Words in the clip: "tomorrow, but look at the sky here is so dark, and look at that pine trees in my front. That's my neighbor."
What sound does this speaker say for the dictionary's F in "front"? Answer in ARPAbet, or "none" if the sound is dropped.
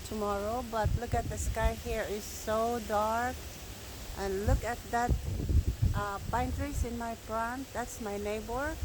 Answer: P